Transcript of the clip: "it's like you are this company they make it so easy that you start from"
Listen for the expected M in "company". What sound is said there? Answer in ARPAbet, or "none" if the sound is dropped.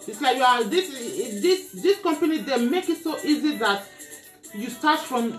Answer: M